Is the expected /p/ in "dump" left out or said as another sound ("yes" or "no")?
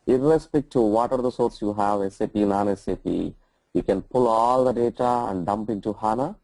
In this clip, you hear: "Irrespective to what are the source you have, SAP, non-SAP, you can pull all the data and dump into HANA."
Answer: no